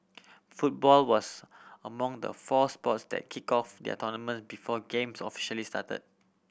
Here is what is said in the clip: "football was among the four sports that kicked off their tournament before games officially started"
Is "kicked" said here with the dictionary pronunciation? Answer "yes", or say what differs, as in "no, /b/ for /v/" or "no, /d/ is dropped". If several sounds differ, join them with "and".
no, /t/ is dropped